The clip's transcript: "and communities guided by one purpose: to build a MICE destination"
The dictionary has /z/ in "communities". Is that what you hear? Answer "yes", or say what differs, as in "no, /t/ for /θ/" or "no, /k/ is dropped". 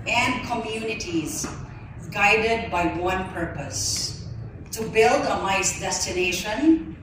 yes